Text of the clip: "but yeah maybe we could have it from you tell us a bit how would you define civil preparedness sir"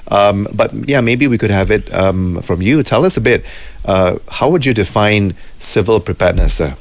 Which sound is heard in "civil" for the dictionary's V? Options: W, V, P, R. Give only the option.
V